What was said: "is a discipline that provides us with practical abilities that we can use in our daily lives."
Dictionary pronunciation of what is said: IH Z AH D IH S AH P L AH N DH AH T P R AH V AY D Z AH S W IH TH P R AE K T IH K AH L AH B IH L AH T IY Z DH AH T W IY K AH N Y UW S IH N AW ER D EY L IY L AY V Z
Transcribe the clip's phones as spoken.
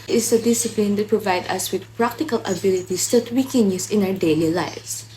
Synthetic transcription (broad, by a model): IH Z AH D IH S AH P L AH N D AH T P R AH V AY D AH S W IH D P R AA K T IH K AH L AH B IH L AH T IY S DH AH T W IY K AH N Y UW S IH N AW ER D EY L IY L AY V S